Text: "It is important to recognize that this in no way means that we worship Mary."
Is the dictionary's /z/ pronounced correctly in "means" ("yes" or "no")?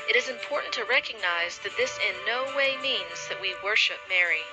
yes